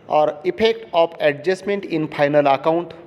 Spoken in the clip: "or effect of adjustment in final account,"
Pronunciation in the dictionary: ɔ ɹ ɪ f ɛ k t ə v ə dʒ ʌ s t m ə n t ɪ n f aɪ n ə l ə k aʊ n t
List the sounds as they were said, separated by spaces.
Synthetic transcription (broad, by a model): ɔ ɹ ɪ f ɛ k t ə p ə dʒ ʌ s m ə n t ɪ n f aɪ n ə l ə k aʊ n t